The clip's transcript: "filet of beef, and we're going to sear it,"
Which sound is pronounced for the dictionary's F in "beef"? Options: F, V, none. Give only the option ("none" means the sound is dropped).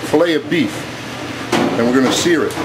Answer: F